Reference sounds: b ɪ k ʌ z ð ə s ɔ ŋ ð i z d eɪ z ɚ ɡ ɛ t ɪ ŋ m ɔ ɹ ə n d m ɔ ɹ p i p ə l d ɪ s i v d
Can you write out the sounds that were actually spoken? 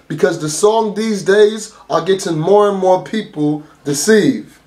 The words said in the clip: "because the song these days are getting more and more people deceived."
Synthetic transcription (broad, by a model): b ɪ k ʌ z ð ə s ɔ ŋ ð i z d eɪ z ɚ ɡ ɛ t ɪ ŋ m ɔ ɹ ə n m ɔ ɹ p i p l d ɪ s i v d